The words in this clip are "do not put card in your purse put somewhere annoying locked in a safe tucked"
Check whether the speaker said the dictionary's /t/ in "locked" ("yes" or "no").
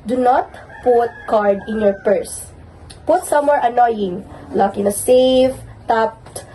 no